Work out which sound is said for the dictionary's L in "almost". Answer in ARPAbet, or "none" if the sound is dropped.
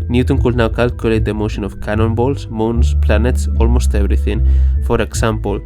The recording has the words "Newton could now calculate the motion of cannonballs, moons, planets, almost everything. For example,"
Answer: L